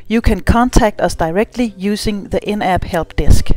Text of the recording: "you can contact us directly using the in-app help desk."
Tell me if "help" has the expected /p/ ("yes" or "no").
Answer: no